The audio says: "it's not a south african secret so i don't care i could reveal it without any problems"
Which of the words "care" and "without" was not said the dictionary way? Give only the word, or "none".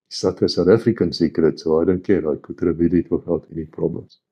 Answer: without